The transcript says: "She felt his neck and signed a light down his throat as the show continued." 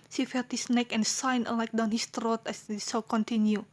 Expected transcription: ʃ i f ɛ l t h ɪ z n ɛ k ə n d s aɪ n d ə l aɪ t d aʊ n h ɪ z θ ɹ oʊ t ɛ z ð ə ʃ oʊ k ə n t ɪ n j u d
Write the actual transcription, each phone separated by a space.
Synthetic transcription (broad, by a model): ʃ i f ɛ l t h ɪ s n ɛ k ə n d s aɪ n ə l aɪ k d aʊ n h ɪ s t ɹ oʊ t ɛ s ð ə s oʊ k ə n t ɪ n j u